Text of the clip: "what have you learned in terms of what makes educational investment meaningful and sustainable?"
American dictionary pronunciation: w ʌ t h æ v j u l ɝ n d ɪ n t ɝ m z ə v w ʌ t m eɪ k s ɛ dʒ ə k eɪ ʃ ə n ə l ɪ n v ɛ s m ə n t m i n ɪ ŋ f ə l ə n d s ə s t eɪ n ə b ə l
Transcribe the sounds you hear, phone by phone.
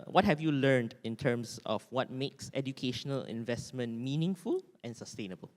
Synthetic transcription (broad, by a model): w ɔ t h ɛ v j u l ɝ n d ɪ n t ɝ m s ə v w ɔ t m eɪ k s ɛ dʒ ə k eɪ ʃ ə n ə l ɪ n v ɛ s m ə n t m i n ɪ ŋ f ə l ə n s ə s t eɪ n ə b ə l